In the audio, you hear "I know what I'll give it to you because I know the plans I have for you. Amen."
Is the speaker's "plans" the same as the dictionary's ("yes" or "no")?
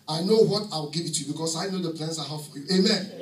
no